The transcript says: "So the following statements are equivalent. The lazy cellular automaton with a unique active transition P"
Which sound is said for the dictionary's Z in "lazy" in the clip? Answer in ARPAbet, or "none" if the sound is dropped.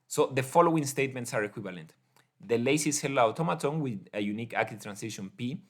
S